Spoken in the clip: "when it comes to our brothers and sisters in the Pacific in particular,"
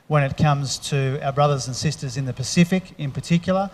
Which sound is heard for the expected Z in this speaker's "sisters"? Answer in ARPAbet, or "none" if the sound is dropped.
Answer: Z